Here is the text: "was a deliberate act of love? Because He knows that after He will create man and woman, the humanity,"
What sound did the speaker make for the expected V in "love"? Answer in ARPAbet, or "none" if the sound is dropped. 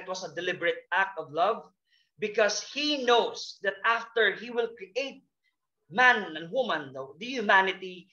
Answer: V